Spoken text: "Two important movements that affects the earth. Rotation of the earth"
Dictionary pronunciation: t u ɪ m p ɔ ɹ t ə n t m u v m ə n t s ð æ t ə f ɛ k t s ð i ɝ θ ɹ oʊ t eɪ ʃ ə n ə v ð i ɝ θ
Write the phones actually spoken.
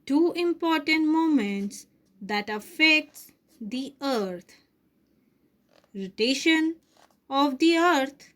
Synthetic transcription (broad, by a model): t u ɪ m p ɔ ɹ t ə n t m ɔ m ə n t s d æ t ə f ɛ k t s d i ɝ t ɹ oʊ t eɪ ʃ ə n ə v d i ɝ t